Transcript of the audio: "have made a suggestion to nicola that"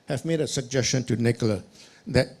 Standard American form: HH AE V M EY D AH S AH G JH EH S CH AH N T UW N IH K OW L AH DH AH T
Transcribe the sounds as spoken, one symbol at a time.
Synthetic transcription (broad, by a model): HH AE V M EY D AH S AH G JH EH S CH AH N T UW N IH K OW L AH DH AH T